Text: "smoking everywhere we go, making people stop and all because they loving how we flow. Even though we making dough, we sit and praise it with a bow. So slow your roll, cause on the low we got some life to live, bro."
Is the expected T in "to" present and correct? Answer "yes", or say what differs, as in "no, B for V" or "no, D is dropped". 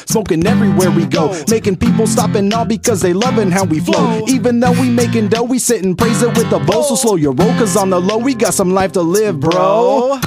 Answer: yes